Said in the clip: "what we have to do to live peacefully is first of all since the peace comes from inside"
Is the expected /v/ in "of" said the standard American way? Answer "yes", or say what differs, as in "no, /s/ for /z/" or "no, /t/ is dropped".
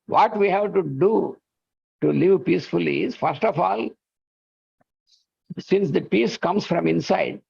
no, /f/ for /v/